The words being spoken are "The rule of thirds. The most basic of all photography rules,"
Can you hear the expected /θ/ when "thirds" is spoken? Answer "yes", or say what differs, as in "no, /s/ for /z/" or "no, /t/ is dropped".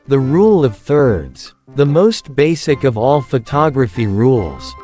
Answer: yes